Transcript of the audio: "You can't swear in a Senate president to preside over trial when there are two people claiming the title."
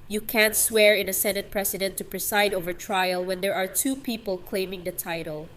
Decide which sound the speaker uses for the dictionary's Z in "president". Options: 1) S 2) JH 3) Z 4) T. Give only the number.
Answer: 1